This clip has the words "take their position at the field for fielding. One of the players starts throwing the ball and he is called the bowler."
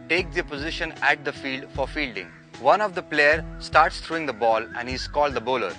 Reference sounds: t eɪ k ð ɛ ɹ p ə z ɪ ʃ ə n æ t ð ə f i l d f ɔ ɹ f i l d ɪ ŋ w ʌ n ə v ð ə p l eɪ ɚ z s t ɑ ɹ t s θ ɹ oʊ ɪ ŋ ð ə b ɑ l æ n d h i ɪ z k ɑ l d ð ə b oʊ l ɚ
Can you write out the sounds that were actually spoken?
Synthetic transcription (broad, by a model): t eɪ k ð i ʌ p ə z ɪ ʃ ə n æ t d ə f i l d f ɔ ɹ f i l d ɪ ŋ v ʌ n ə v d ə p l eɪ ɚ s t ɑ ɹ t s t ɹ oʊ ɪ ŋ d ə b ɑ l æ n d h i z k ɑ l d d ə b oʊ l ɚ